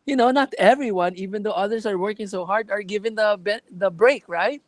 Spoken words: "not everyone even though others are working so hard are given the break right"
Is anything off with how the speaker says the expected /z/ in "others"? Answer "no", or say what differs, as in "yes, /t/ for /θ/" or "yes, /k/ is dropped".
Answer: yes, /s/ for /z/